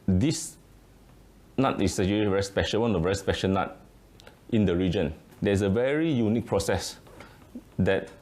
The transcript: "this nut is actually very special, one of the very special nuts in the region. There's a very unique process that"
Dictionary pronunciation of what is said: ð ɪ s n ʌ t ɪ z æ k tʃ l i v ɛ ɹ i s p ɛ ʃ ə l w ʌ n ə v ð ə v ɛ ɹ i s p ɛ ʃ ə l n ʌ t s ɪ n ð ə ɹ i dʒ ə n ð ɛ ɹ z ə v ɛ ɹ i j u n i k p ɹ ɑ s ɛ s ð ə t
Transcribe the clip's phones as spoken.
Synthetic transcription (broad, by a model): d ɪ s n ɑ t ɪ s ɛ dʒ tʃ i v ɛ ɹ i s p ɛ ʃ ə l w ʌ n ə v v ɛ ɹ i s p ɛ ʃ ə l n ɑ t ɪ n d ə ɹ i dʒ ə n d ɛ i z ə v ɛ ɹ i j u n i k p ɹ ɑ s ɛ s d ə t